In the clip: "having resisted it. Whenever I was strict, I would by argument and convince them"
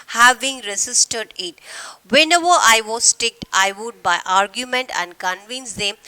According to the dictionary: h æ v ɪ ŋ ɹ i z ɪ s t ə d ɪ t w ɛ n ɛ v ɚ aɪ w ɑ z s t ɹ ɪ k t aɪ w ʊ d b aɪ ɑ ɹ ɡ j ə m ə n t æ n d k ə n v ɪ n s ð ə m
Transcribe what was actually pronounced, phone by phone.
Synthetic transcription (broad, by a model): h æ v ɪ ŋ ɹ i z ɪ s t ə d ɪ t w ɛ n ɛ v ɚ aɪ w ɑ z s t ɪ k t aɪ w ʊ d b aɪ ɑ ɹ ɡ j ə m ə n t æ n d k ə n v ɪ n s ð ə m